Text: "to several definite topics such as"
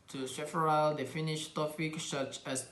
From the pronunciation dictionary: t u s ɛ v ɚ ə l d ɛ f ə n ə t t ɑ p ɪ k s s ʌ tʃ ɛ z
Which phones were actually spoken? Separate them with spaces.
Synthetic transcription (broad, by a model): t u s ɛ f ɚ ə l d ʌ f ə n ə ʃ t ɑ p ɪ k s s ʌ tʃ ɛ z